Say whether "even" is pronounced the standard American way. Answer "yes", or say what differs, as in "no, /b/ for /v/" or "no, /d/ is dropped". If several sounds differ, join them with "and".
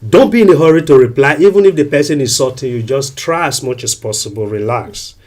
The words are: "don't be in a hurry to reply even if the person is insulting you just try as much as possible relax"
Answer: yes